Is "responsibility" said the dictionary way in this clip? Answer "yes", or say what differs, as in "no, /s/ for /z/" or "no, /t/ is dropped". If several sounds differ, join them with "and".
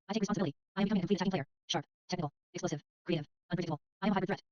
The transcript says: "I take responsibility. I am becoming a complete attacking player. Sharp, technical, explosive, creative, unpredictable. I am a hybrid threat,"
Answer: no, /p/ is dropped